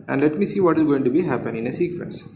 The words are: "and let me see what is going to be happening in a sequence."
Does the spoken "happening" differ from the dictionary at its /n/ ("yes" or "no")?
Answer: yes